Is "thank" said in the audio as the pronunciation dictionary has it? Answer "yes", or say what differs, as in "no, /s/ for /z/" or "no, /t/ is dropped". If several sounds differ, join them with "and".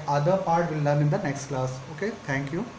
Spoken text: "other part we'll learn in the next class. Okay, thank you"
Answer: no, /t/ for /θ/